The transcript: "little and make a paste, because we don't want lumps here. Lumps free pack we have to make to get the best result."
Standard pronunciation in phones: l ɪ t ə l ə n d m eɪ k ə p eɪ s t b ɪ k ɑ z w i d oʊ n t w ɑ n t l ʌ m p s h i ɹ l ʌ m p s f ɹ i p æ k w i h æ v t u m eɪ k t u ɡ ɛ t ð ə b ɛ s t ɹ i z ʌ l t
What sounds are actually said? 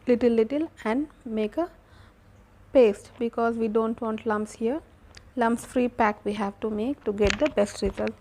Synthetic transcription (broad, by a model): l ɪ t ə l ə n d m eɪ k ə p eɪ s t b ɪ k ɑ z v i d oʊ n t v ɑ n t l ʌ m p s h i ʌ l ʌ m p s f ɹ i p æ k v i h æ v t u m eɪ k t u ɡ ɛ t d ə b ɛ s t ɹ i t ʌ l